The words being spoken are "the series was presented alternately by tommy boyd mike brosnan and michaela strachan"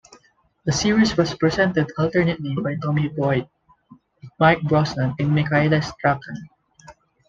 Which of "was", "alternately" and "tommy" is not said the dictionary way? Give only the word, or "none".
was